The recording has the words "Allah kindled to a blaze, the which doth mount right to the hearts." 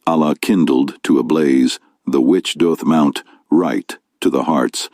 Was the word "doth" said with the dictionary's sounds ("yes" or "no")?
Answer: yes